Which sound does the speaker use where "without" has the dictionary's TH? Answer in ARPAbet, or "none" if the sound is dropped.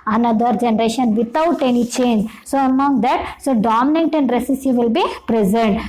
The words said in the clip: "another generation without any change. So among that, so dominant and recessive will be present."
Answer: T